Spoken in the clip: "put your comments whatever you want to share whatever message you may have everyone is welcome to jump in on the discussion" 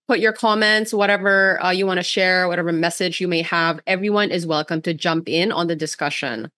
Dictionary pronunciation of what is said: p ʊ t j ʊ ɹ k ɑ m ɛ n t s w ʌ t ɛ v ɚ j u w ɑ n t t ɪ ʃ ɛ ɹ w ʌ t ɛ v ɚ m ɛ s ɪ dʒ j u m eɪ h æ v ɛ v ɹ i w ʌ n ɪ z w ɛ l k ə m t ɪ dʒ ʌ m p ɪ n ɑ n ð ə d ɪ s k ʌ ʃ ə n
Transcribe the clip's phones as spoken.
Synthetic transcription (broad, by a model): p ʊ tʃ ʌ ɹ k ɑ m ɛ n t s w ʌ t ɛ v ɚ j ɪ w ɑ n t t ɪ ʃ ɛ ɹ w ʌ t ɛ v ɚ m ɛ s ɪ dʒ j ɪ m eɪ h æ v ɛ v ɹ i w ʌ n ɪ z w ɛ l k ə m t ɪ dʒ ʌ m p ɪ n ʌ n ð ə d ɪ s k ʌ ʃ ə n